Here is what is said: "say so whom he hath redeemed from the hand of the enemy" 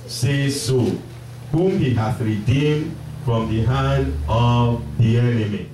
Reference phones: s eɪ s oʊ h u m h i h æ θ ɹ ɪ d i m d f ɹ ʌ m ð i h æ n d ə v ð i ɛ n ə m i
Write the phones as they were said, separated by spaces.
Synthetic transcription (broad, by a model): s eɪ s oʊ h u m h i h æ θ ɹ ɪ d i m d f ɹ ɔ m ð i h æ n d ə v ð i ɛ n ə m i